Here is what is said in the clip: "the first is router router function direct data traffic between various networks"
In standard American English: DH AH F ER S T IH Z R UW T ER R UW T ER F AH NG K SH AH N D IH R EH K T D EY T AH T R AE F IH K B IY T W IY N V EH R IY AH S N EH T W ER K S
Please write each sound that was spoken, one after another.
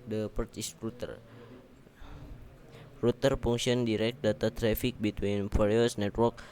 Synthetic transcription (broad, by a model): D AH P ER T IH S R UW T ER R UW T ER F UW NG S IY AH N D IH R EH K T D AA T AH T R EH F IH K B IY T W IY N P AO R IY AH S N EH T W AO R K